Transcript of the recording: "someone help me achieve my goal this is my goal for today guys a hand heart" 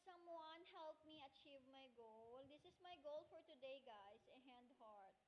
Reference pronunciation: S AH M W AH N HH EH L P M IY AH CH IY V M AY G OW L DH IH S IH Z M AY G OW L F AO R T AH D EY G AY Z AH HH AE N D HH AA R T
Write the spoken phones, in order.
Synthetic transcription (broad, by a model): S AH M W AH N HH EH L P M IY AH CH IY V M AY G OW L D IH S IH S M AY G OW L F AO R T AH D EY G AY S AH HH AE N D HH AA R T